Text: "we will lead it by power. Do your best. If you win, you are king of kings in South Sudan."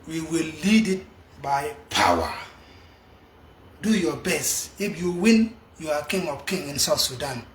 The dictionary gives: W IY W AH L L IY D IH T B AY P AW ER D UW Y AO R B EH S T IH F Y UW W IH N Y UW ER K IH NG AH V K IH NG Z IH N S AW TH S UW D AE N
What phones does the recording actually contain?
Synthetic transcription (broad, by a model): W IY W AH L L IY D IH T B AY P AW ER D UW Y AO B EH S T IH F Y UW W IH N Y UW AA K IH NG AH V K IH NG IH N S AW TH S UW D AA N